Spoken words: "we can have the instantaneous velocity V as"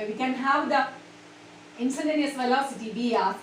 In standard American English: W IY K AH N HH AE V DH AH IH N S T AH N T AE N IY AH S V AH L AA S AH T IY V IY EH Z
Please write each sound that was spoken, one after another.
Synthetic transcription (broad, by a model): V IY K AH N HH AE V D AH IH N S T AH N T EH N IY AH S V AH L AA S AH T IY B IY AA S